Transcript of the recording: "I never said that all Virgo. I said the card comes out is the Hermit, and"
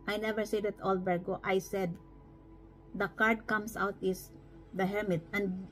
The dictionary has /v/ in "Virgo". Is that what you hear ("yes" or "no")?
no